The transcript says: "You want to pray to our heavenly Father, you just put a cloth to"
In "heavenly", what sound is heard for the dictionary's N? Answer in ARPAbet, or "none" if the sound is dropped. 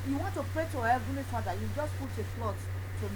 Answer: none